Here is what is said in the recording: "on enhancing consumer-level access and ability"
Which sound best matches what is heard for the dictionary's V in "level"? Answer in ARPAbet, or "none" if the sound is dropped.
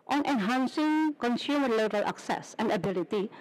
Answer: B